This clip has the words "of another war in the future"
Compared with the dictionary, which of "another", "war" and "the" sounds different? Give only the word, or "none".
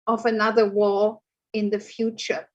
war